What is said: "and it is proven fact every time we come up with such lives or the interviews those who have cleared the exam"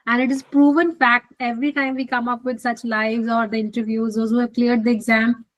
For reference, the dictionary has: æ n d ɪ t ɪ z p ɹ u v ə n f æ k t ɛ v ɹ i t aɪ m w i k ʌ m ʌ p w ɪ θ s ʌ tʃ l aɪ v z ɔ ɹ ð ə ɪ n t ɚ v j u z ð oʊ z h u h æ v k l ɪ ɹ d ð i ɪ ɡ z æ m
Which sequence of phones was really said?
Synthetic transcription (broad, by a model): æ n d ɪ t ɪ z p ɹ u v ə n f æ k t ɛ v ɹ i t aɪ m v i k ʌ m ʌ p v ɪ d s ʌ tʃ l aɪ v z ɔ ɹ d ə ɪ n t ɚ v j u z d oʊ z h u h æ v k l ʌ ɹ d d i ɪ ɡ z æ m